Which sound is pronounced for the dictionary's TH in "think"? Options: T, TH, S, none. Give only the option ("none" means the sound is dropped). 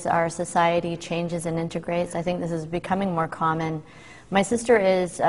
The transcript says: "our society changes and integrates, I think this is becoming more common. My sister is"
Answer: TH